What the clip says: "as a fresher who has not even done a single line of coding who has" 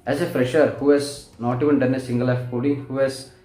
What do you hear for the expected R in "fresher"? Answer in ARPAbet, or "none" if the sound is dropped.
R